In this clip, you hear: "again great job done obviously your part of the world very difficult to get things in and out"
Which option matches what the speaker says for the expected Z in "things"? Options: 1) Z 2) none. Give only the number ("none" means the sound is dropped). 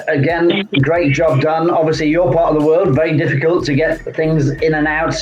1